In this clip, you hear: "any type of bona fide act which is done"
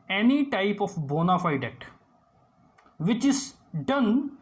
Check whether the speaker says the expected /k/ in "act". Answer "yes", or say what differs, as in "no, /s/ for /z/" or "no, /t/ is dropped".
no, /k/ is dropped